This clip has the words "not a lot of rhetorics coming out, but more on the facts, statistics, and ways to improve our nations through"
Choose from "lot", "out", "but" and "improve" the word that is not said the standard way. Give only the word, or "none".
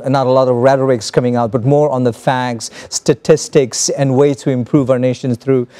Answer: none